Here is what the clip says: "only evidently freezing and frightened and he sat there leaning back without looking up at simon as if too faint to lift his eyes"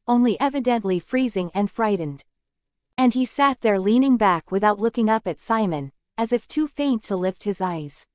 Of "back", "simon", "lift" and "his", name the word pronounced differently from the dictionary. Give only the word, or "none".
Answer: none